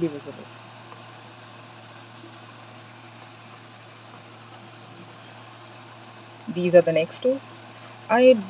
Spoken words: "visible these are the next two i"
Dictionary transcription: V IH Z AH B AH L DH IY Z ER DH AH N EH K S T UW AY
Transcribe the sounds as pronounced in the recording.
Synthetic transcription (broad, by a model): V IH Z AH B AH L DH IY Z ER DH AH N EH K S T UW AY